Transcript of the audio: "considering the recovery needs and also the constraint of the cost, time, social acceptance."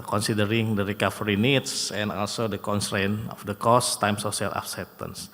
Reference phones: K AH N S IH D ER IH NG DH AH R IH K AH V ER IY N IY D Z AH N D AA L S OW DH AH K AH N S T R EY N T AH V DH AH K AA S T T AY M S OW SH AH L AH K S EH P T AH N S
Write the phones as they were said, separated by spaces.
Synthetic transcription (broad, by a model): K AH N S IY D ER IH NG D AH R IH K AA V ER IY N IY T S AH N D AA L S OW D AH K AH N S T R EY N AH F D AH K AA S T T AY M S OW S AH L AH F S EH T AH N S